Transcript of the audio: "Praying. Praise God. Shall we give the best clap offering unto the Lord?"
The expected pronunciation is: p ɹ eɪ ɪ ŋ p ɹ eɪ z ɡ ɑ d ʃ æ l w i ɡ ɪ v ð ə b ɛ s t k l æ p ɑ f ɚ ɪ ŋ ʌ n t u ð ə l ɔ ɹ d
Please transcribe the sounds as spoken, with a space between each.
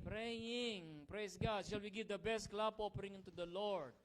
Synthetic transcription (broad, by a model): p ɹ eɪ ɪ ŋ p ɹ eɪ s ɡ ɑ d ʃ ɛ l w i ɡ ɪ v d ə b ɛ s t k l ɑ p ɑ p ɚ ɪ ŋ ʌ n t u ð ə l ɔ ɹ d